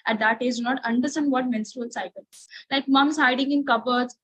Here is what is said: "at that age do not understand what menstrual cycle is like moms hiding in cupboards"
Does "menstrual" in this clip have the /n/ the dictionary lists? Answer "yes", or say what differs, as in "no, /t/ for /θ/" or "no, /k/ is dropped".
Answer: yes